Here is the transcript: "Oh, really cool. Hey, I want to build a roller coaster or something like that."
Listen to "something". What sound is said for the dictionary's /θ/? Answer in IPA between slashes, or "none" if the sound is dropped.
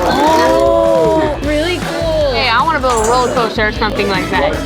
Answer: /θ/